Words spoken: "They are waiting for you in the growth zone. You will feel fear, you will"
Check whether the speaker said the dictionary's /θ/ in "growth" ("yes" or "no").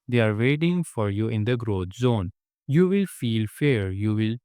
no